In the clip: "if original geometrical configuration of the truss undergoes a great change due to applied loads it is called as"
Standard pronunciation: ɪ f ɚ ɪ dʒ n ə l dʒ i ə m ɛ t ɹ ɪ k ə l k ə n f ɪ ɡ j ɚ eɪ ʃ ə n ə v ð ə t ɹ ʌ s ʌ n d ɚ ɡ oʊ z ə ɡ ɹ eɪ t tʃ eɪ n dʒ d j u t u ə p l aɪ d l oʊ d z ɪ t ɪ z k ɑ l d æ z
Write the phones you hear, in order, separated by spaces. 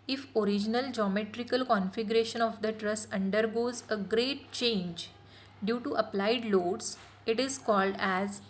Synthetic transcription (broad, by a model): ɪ f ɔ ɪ dʒ n ə l dʒ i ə m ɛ t ɹ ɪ k ə l k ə n f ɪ ɡ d eɪ ʃ ə n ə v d ə t ɹ ʌ s ʌ n d ɚ ɡ oʊ z ə ɡ ɹ eɪ t tʃ eɪ n dʒ d j u t u ə p l aɪ d l oʊ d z ɪ t ɪ z k ɑ l d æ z